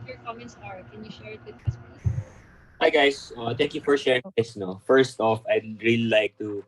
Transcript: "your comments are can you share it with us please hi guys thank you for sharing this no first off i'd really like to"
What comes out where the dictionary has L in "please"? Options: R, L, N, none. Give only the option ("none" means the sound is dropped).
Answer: none